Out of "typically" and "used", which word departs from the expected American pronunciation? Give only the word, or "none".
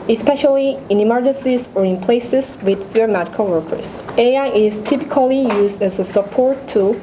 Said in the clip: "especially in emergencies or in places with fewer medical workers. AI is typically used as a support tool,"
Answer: none